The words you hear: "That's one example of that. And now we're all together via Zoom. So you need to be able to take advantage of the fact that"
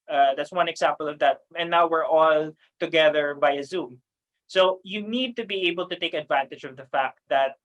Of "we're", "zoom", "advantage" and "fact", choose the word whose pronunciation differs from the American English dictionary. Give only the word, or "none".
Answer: none